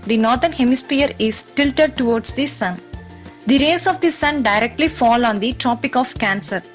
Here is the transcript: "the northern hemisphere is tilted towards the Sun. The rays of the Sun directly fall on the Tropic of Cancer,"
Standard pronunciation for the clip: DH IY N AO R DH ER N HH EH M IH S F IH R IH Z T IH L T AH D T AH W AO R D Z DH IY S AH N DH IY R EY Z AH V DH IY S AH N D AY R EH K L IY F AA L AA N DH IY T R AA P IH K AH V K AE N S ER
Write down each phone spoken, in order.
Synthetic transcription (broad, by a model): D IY N AO R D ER N HH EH M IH S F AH R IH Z T IH L T AH D T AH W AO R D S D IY S AH N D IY R EY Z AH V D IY S AH N D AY R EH K L IY F AA L AA N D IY T R AA P IH K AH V K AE N S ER